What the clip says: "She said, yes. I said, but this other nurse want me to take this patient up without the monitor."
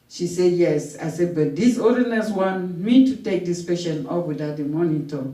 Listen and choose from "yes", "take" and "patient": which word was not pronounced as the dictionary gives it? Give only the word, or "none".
patient